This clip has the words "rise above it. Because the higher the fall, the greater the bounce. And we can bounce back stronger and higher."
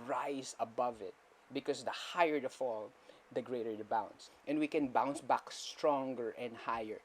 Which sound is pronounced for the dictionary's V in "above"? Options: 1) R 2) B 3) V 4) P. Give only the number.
3